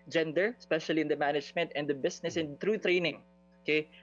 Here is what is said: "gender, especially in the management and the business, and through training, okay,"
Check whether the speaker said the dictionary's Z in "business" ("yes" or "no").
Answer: no